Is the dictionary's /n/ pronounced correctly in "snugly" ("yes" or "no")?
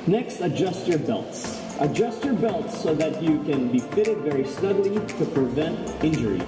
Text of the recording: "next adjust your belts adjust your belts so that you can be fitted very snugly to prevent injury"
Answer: no